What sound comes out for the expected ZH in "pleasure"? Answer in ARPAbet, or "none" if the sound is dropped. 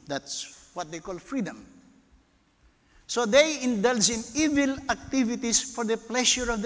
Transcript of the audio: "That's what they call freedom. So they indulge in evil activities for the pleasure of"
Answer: SH